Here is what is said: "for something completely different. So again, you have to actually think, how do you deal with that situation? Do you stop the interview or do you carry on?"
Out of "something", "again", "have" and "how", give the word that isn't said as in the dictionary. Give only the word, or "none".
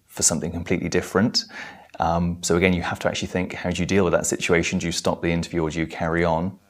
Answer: have